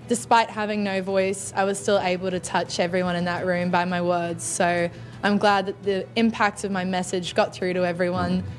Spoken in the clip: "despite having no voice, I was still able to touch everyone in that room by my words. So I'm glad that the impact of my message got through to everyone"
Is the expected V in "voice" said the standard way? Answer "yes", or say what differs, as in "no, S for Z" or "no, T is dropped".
yes